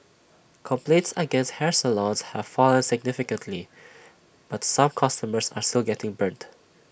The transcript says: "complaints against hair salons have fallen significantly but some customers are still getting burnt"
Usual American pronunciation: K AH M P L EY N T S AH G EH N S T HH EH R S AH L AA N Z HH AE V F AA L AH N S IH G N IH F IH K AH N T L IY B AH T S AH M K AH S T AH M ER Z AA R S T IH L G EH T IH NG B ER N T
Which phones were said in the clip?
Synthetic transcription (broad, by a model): K AH M P L EY N T S AH G EH N S T HH EH R S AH L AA N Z HH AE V F AA L AH N S IH G N IH F IH K AH N T L IY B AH T S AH M K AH S T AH M ER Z AA R S T IH L G EH T IH NG B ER N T